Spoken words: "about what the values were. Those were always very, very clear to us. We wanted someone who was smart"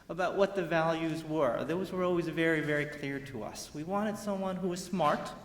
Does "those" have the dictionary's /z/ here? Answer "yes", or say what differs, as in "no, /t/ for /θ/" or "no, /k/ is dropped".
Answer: yes